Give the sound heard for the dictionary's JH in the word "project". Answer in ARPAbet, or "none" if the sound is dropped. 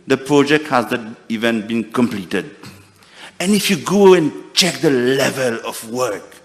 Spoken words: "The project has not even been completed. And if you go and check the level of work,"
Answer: JH